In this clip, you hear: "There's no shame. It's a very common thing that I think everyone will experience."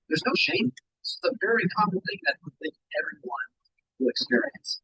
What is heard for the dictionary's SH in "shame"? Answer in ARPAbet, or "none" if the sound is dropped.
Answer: SH